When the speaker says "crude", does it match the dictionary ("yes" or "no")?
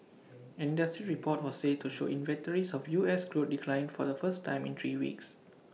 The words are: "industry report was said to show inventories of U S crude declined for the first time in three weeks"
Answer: no